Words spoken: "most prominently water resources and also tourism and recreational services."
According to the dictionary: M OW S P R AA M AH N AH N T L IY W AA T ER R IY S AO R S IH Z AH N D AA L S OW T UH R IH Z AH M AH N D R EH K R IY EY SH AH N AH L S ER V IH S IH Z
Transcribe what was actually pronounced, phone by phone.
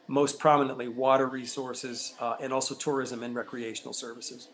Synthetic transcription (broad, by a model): M OW S P R AA M AH N AH N T L IY W AA T ER R IY S AO R S IH Z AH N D AA L S OW T UH R IH Z AH M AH N R EH K R IY EY SH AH N L S ER V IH S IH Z